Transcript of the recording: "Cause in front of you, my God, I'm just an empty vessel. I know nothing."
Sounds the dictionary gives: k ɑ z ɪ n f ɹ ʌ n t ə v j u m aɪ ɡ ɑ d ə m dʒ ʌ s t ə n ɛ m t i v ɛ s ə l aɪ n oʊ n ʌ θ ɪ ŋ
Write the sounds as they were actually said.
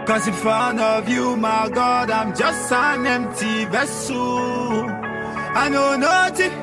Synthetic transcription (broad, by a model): k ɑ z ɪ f ʌ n ə v j u m aɪ ɡ ɑ d ə m dʒ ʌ s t ə n ɛ m t i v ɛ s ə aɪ n oʊ n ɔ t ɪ